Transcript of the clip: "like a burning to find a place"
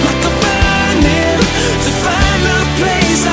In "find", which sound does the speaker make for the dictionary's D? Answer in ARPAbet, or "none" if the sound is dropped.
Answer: none